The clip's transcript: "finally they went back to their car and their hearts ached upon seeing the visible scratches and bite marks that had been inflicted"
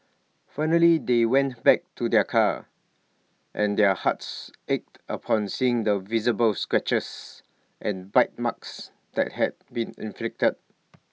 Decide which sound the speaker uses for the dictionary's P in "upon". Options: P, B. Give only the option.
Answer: P